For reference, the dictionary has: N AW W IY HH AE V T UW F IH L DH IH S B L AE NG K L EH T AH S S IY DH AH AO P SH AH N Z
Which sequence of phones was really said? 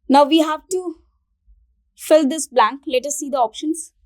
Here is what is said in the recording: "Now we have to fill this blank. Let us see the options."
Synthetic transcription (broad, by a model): N AW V IY HH AE V T UW F IH L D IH S B L AE NG K L EH T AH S S IY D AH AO P SH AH N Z